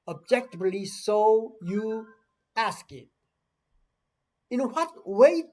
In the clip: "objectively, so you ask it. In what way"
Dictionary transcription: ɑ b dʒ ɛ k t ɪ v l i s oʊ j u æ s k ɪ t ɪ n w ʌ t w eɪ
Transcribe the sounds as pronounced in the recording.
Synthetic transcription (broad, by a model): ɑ b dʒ ɛ k t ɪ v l i s oʊ j u æ s k ɪ t ɪ n w ʌ t w eɪ